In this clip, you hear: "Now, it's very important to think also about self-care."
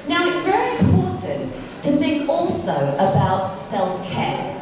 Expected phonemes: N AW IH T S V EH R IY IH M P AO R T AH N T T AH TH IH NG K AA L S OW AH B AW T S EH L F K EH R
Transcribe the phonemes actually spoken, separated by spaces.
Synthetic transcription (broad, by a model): N AW IH T S V EH R IY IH M P AO T N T T AH TH IH NG K AA L S OW AH B AW T S EH L F K EH